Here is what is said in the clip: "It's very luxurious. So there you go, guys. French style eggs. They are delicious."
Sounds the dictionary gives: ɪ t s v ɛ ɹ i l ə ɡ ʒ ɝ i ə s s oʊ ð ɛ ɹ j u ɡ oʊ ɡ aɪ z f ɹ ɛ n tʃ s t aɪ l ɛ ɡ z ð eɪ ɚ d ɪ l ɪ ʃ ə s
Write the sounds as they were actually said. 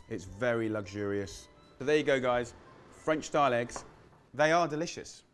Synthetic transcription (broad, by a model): ɪ t s v ɛ ɹ i l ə ɡ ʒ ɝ i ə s s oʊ ð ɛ j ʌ ɡ oʊ ɡ aɪ z f ɹ ɛ n tʃ s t aɪ l ɛ ɡ z ð eɪ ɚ d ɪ l ɪ ʃ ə s